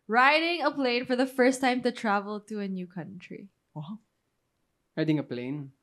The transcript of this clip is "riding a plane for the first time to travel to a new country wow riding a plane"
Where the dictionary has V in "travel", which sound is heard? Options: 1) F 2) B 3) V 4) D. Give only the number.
3